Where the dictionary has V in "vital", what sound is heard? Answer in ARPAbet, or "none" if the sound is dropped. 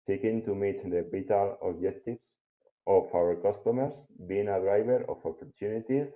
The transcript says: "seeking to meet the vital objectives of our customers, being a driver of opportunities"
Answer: B